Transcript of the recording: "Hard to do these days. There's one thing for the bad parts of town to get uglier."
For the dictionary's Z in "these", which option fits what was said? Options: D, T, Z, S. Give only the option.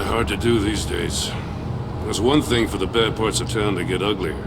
Z